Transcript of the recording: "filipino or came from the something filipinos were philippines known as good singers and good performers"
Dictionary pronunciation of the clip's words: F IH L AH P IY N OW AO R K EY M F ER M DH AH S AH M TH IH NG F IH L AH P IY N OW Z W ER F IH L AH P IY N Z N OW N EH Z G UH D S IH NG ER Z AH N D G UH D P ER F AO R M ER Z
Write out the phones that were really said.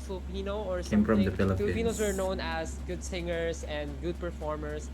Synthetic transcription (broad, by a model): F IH L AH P IY N OW AO R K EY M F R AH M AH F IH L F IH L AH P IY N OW S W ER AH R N N OW N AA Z G UH D S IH NG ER S AH N D G UH D P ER F AO R M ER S